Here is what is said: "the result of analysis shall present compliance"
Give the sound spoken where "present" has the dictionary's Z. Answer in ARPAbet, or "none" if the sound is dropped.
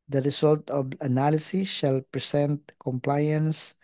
S